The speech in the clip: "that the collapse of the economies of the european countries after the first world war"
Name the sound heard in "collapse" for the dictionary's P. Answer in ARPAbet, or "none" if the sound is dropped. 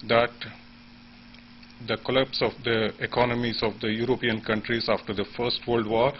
P